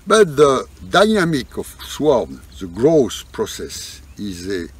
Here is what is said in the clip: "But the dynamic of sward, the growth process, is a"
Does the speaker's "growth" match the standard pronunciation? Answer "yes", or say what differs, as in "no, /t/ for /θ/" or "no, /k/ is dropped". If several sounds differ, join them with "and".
no, /s/ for /θ/